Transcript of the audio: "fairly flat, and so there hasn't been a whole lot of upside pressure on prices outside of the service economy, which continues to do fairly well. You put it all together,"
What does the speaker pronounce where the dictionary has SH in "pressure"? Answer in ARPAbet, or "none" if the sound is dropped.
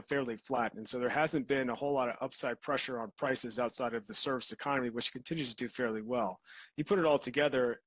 SH